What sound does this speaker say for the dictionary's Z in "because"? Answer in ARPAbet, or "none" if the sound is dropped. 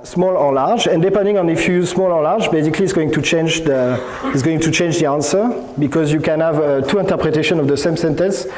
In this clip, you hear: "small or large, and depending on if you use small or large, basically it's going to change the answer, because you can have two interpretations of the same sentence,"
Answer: Z